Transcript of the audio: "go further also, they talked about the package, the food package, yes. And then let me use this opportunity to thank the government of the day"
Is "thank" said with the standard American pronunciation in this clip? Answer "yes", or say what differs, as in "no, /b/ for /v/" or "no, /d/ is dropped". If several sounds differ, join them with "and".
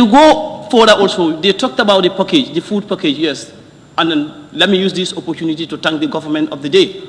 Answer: no, /t/ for /θ/